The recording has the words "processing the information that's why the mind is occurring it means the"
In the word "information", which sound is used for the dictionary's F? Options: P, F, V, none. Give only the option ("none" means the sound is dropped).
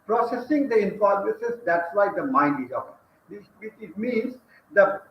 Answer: P